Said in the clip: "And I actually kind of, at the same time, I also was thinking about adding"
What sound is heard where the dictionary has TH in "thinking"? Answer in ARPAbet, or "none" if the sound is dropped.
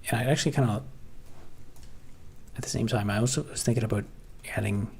TH